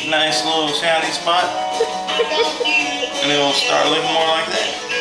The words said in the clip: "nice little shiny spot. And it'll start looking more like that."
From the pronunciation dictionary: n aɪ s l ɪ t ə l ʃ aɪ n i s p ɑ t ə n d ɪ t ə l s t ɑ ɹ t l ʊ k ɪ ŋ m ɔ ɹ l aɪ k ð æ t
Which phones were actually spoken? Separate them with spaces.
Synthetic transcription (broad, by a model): n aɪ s l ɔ s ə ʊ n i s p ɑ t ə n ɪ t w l s t ɑ ɹ t l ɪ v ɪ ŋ m ɔ ɹ l aɪ k ð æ t